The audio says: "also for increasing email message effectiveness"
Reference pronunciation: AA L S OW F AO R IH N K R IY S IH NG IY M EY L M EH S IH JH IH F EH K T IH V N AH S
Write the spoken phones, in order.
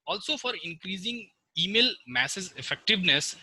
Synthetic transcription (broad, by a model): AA L S OW F AO R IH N K R IY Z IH NG IY M EY L M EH S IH Z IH F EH K T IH V N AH S